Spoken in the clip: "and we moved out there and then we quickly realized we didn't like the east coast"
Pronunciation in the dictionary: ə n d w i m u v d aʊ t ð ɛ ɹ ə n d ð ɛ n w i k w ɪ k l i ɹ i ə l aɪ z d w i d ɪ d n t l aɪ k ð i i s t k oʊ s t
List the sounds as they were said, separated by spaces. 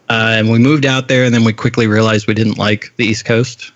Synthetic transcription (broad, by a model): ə n w i m u v d aʊ t ð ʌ ɹ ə n ð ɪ n w i k w ɪ k l i ɹ i ə l aɪ z d w i d ɪ d n t l aɪ k ð i i s k oʊ s t